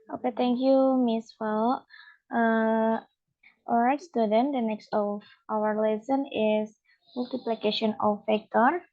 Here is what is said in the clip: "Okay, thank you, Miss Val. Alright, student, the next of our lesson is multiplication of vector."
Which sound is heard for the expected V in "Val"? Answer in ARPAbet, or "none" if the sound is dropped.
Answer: F